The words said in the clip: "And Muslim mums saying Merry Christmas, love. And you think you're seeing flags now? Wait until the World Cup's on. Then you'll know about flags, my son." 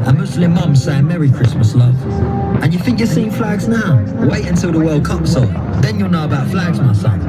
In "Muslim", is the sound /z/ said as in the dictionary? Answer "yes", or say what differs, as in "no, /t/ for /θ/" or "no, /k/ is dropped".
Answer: no, /s/ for /z/